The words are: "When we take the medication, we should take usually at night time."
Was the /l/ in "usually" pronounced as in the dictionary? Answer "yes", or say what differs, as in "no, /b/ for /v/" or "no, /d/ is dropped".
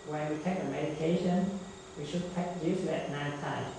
no, /l/ is dropped